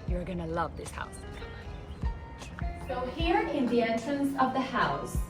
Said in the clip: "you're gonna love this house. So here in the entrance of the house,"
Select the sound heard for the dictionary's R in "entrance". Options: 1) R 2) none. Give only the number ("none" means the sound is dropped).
2